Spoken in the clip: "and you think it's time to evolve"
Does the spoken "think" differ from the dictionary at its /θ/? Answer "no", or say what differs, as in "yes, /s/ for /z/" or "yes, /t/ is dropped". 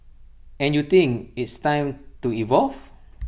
yes, /t/ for /θ/